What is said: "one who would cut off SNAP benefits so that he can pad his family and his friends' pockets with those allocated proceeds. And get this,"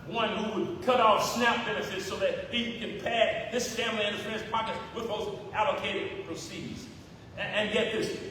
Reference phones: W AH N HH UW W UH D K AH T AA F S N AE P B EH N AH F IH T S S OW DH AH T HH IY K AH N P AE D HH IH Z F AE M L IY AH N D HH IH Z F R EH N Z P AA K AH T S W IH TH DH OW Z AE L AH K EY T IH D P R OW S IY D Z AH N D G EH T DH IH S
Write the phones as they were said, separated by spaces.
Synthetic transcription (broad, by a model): W AH N HH UW W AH D K AH T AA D S N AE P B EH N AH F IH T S S OW DH AH T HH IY K AH N P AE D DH IH S F AE M L IY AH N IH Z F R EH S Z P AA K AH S W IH DH OW Z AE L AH K EY T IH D P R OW S IY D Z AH N G EH T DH IH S